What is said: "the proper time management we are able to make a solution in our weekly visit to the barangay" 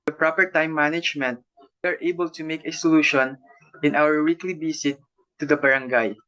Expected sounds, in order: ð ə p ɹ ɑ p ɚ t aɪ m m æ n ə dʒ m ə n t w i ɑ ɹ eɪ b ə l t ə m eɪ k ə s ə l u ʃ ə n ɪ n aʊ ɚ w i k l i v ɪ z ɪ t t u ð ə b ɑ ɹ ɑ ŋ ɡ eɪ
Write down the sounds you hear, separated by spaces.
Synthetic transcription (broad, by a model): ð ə p ɹ ɑ p ɚ t aɪ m m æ n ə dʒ m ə n t w i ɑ ɹ eɪ b ə l t ə m eɪ k ə s ə l u ʃ ə n ɪ n aʊ ɚ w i k l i b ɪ s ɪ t t u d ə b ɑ ɹ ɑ ŋ ɡ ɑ